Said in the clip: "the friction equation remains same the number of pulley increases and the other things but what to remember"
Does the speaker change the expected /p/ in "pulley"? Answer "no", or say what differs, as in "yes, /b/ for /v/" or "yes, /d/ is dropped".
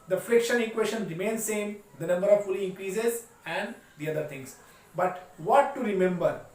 yes, /f/ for /p/